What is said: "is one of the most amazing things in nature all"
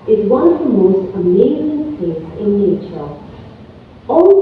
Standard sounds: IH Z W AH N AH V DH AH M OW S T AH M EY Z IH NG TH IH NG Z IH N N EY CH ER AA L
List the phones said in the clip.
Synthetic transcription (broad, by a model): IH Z W AH N AH V DH AH M OW S T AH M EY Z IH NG T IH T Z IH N N EY CH ER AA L